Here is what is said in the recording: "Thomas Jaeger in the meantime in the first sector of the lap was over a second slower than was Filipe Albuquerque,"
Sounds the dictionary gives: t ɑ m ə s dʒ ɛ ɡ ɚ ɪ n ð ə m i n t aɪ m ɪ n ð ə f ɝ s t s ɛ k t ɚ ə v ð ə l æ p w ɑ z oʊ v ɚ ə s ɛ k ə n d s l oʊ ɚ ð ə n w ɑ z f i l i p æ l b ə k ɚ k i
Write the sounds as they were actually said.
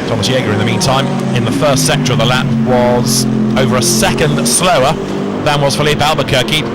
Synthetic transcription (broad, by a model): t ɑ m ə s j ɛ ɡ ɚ ɪ n ð ə m i n t aɪ m ɪ n ð ə f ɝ s t s ɛ k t ɚ ə v ð ə l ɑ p w ɑ z oʊ v ɚ ə s ɛ k ə n d s l oʊ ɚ ð ə n w ɑ z f i l i p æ l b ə k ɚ k i